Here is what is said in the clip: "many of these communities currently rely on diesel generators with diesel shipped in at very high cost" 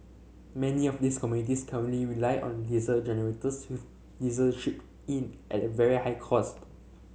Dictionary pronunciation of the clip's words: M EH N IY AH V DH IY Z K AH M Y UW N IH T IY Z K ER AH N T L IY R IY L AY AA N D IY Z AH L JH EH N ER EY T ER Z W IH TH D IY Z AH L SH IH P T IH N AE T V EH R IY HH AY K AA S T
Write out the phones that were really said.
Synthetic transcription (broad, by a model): M EH N IY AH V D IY S K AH M Y UW N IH T IY S K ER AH N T L IY R IY L AY AA N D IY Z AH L JH EH N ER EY T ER S W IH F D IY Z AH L SH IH P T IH N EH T V EH R IY HH AY K AA S T